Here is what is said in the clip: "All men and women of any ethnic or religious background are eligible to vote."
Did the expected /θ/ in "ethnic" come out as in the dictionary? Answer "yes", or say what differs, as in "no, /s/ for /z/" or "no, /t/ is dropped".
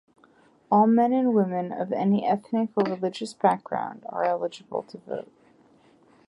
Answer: yes